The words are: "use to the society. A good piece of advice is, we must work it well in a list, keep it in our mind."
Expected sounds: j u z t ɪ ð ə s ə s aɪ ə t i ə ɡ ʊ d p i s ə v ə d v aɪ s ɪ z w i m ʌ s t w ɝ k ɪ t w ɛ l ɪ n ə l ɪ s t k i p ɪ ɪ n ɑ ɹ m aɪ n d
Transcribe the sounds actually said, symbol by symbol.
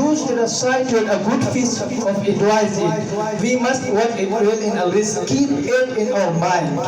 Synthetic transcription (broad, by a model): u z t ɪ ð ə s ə s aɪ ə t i ə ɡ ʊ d f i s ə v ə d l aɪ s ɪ w i m ʌ s t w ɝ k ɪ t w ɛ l ɪ n ə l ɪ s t k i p ɪ ɪ n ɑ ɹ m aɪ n